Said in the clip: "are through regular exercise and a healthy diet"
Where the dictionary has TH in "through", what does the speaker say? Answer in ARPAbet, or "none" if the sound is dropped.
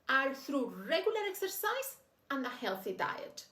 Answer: TH